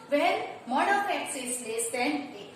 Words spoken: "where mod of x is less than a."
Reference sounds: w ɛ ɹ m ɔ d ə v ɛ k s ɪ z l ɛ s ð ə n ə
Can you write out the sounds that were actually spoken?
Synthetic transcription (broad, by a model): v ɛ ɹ m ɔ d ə p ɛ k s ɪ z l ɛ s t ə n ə